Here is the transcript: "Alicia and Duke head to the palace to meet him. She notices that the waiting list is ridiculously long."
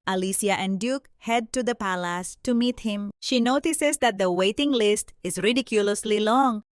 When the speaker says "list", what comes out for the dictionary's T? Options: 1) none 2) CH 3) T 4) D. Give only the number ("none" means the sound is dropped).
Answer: 3